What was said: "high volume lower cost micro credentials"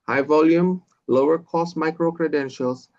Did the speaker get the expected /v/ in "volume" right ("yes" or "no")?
yes